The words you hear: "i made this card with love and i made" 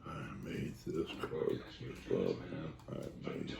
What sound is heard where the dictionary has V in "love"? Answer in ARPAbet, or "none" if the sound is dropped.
none